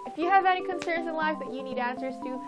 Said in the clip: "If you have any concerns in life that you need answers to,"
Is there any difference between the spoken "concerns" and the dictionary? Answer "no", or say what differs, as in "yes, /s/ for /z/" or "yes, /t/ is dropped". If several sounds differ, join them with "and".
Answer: no